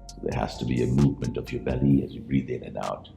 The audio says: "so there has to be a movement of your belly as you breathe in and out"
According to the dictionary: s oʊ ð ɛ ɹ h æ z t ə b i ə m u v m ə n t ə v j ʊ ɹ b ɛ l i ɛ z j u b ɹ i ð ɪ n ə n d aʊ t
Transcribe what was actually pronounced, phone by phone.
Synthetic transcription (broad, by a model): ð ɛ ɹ h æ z t ə b i ə m u v m ə n t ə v j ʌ ɹ b ɛ l i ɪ z j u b ɹ i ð ɪ n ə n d aʊ t